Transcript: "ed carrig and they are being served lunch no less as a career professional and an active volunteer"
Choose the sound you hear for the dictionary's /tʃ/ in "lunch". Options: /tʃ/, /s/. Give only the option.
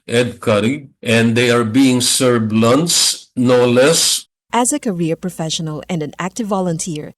/s/